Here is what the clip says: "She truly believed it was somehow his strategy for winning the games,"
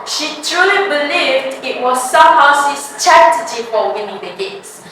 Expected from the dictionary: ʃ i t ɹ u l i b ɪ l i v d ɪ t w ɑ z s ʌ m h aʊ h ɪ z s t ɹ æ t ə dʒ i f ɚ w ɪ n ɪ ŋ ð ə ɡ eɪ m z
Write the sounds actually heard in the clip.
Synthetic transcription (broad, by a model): ʃ i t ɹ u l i b ɪ l i v d ɪ t w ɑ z s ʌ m h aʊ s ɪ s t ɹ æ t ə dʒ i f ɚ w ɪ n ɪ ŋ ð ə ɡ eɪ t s